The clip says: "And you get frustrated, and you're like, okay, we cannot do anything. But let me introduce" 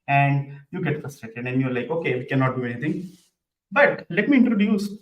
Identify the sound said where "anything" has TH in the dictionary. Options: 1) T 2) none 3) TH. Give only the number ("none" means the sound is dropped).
1